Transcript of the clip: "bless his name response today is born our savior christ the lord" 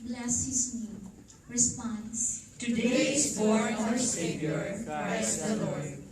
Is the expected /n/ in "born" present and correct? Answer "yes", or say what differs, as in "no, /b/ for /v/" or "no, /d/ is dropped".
no, /n/ is dropped